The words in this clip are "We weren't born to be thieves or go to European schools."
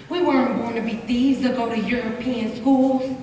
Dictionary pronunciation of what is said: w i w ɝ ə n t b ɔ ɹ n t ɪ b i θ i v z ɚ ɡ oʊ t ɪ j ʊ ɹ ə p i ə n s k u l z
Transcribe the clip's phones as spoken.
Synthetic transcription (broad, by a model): w i w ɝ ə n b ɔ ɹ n t ɪ b i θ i z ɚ ɡ oʊ t ɪ j ʊ ɹ ə p i ə n s k u l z